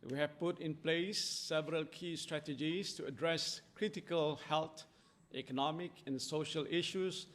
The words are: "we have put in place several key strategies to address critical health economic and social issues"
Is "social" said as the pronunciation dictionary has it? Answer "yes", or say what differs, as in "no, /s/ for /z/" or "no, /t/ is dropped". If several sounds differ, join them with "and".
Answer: yes